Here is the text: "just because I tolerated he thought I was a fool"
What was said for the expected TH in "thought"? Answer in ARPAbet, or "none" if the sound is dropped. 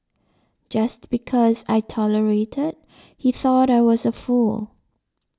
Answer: TH